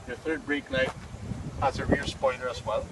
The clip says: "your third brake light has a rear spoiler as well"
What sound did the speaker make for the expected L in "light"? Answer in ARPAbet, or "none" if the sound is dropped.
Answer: N